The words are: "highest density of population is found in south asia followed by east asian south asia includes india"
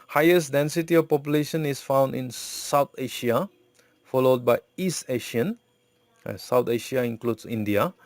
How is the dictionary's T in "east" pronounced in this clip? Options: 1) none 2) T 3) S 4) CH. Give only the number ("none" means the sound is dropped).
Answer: 2